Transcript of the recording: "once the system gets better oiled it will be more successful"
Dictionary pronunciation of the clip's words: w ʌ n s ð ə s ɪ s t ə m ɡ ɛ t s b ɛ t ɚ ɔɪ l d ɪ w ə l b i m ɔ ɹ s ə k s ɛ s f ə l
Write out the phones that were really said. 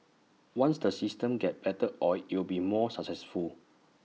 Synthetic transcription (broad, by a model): w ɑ n s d ə s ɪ s t ə m ɡ ɛ t b ɛ t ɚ ɔɪ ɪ w ə l b i m ɔ s ə k s ɛ s f ə l